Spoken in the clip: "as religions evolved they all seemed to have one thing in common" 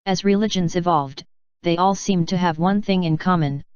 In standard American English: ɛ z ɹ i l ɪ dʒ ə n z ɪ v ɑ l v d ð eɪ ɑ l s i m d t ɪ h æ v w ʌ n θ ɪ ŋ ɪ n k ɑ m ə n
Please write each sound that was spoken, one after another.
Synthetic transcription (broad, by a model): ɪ z ɹ i l ɪ dʒ ə n z ɪ v ɑ l v d ð eɪ ɑ l s i m t ɪ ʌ v w ʌ n θ ɪ ŋ ɪ n k ɑ m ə n